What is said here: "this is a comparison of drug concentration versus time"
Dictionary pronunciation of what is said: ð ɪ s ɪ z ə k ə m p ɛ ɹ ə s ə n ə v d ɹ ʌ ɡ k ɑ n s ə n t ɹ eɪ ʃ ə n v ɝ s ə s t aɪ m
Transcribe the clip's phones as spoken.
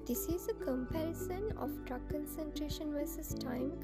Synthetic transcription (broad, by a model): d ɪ s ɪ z ə k ə m p ɛ ɹ ə s ə n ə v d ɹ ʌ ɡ k ɑ n s ə n t ɹ eɪ ʃ ə n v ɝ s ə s t aɪ m